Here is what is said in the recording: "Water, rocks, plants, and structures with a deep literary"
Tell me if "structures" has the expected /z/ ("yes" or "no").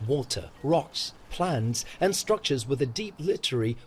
yes